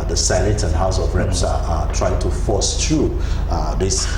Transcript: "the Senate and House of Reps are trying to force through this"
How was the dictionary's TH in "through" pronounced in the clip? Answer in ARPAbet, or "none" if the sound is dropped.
T